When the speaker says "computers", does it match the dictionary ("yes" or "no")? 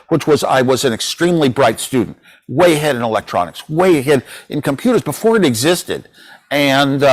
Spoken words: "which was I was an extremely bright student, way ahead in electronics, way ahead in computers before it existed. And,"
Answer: yes